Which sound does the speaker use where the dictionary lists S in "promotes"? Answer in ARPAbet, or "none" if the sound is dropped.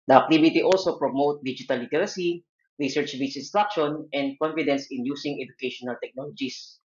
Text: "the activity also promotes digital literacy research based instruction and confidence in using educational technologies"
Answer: none